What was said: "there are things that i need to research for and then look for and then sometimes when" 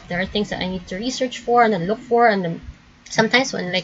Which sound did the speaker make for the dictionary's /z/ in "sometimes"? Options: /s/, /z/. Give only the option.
/s/